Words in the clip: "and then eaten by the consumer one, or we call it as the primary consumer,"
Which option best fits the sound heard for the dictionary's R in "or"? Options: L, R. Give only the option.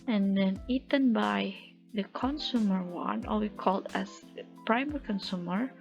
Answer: L